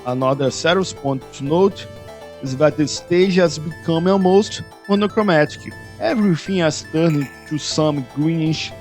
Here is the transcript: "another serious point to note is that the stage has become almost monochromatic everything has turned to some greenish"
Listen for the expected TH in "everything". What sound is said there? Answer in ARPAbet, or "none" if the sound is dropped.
F